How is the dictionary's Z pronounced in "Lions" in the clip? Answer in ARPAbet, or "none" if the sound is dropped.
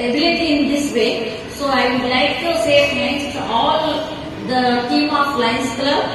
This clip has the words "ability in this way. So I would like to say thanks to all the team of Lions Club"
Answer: S